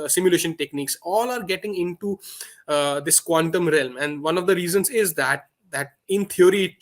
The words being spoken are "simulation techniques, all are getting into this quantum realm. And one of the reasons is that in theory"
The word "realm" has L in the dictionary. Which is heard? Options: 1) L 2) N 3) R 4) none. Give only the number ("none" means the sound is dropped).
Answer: 1